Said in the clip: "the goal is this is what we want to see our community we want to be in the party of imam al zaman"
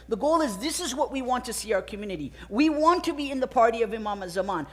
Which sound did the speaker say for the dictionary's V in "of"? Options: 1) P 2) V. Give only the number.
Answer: 2